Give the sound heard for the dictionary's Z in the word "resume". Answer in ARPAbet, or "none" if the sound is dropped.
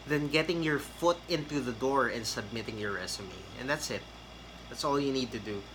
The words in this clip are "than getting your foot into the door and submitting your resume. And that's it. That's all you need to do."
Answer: S